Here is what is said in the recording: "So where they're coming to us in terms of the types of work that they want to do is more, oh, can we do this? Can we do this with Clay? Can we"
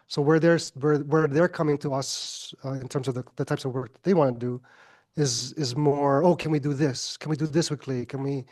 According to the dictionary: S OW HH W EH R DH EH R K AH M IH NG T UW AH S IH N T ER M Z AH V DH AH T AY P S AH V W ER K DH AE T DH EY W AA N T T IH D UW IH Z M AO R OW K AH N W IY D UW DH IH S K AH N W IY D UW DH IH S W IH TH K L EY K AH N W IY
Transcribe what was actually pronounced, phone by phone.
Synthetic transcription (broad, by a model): S OW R W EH R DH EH R K AH M IH NG T UW AH S IH N T ER M Z AH V DH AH T AY P S AH V W ER K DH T DH EY W AA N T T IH D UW IH Z M AO R OW K AH N W IY D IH DH IH S K AH N W IY D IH DH IH S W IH K L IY K AH N W IY